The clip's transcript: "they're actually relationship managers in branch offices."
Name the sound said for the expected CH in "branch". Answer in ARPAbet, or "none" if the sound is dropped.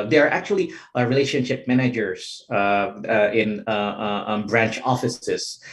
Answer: CH